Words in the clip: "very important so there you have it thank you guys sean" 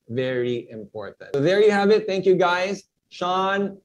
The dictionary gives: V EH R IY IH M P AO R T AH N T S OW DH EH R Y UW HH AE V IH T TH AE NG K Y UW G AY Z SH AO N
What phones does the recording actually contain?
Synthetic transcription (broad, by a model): V EH R IY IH M P AO R T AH DH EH R Y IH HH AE V IH T TH AE NG K Y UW G AY Z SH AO N